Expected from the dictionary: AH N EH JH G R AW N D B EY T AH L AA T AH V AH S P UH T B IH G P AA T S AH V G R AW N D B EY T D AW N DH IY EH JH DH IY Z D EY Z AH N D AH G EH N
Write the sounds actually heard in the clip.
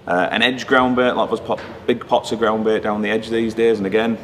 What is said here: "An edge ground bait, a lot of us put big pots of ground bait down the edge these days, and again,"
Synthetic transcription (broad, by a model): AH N EH JH G R AW N B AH T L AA AH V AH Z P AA B IH G P AA T S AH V G R AW N B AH T D AW N DH IY EH JH DH IY Z D EY Z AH N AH G EH N